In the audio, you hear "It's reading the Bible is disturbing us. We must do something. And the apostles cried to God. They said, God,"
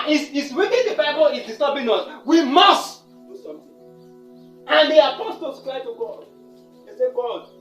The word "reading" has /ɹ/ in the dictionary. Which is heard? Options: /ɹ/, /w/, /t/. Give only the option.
/w/